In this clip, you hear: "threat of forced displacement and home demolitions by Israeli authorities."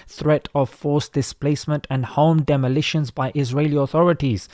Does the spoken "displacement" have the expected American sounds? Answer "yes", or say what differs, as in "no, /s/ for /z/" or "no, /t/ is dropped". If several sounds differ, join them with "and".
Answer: yes